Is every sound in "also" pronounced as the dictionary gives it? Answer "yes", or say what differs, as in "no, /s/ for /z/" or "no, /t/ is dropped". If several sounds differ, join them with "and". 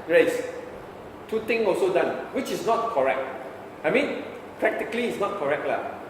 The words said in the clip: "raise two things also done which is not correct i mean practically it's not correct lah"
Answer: yes